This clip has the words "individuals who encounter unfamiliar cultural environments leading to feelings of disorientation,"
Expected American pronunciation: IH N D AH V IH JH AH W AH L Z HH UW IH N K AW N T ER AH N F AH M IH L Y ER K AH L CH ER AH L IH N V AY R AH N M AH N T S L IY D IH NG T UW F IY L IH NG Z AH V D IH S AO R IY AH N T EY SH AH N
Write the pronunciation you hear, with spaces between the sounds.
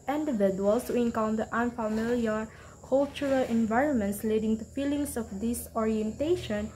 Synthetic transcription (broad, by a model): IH N D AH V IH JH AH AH L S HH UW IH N K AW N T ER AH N F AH M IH L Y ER K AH L CH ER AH L IH N V AY R AH N M AH N T S L IY D IH NG T UW F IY L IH NG S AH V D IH S AO R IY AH N T EY SH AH N